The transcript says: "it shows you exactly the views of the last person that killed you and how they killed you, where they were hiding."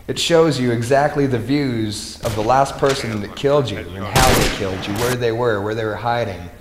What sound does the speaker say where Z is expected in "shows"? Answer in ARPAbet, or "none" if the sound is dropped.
Z